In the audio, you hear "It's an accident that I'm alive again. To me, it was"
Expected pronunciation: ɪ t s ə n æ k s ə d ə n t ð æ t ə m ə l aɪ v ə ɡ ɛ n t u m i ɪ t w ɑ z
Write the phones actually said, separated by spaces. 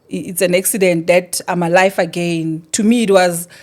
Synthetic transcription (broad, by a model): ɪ t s ə n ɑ k s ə d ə n t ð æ t ə m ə l aɪ f ə ɡ ɛ n t u m i t w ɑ z